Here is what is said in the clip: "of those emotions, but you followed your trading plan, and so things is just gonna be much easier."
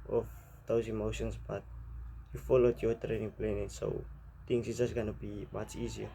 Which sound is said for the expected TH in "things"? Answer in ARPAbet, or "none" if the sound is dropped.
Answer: T